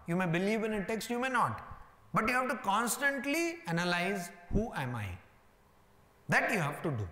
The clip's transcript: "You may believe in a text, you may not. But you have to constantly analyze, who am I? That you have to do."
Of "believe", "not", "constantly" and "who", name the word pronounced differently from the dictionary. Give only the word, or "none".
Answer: none